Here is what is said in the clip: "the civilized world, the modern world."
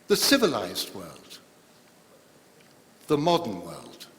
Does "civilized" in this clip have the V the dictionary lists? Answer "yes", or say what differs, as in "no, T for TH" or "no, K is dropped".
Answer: yes